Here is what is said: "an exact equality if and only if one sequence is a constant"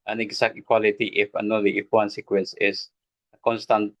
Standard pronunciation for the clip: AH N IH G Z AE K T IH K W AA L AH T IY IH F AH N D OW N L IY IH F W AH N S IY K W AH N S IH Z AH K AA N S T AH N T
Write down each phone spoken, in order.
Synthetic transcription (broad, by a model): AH N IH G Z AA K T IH K W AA L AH T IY IH F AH N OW L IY IH F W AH N S IY K W AH N S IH S AH K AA N S T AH N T